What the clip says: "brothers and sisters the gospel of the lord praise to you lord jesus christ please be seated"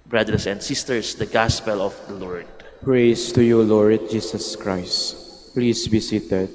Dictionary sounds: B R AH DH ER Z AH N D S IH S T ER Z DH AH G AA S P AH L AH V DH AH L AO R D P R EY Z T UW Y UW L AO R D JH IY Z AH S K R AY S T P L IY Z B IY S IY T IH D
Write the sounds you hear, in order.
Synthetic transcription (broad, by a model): B R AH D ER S AH N D S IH S T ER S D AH G AA S P AH L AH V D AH L AO R D P R EY S T UW Y UW L AO R D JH IY S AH S K R AY S T P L IY S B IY S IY T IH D